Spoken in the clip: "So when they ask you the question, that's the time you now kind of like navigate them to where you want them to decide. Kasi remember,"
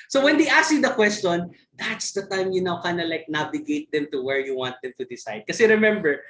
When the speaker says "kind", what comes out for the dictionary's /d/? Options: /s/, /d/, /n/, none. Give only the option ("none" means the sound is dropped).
none